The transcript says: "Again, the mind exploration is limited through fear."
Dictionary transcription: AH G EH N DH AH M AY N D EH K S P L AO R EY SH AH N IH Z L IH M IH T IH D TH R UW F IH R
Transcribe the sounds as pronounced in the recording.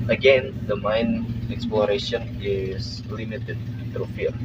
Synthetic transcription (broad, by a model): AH G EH N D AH M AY N EH K S P L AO R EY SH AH N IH S L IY M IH T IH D T R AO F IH